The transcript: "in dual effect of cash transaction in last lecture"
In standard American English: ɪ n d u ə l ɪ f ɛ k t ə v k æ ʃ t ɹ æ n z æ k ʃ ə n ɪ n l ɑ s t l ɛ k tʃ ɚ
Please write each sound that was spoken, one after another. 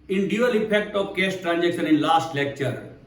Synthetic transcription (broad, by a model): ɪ n d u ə l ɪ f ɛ k t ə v k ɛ s t ɹ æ n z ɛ k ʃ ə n ɪ n l ɑ s t l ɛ k tʃ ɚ